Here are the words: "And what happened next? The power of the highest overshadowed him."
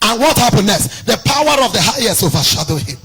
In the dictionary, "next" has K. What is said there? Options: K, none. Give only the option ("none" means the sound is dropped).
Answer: none